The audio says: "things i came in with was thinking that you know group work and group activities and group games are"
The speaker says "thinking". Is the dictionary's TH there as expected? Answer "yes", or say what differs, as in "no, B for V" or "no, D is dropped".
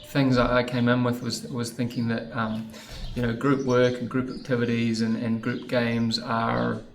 yes